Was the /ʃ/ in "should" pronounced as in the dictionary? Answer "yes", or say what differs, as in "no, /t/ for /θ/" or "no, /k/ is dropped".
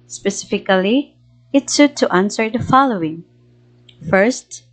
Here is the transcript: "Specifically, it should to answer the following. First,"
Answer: no, /s/ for /ʃ/